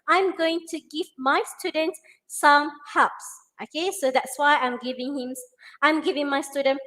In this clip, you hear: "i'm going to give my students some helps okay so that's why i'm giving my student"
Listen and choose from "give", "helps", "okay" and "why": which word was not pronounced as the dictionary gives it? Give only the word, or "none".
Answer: helps